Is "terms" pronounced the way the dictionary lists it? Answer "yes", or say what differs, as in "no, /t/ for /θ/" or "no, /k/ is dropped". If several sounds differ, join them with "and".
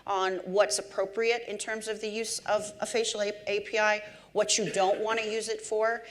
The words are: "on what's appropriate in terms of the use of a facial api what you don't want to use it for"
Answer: yes